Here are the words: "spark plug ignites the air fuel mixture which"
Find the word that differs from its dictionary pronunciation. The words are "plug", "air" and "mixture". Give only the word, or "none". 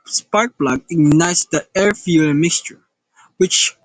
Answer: plug